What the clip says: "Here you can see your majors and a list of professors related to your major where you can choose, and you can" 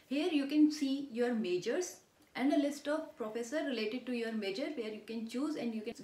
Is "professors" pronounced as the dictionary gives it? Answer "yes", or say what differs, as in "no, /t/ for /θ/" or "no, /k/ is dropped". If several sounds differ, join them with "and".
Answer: no, /z/ is dropped